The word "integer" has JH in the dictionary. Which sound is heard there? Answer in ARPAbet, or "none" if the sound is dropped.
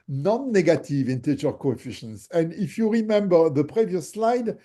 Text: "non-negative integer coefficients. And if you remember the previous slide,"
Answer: CH